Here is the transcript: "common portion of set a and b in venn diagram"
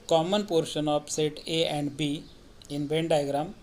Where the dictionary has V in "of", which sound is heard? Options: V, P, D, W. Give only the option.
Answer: P